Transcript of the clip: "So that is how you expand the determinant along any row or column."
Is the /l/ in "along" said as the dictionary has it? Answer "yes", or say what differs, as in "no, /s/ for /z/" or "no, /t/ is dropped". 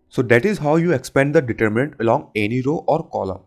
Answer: yes